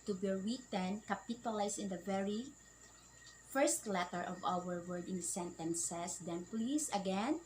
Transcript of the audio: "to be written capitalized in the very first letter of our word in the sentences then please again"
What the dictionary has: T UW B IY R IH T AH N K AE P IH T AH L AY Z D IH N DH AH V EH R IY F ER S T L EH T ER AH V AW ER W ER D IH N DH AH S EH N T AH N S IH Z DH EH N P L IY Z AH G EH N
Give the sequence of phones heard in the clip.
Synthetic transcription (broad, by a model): T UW B IY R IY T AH N K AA P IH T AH L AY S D IH N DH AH V EH R IY F ER S T L EH T ER AH V AW ER W ER D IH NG S EH N T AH N S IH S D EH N P L IY S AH G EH N